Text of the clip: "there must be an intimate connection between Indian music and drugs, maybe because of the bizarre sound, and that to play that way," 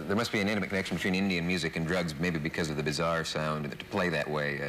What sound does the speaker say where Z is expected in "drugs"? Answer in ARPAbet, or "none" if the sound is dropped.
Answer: Z